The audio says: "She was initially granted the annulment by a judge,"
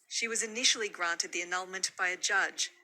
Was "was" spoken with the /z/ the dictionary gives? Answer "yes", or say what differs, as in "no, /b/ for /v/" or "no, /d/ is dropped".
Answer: yes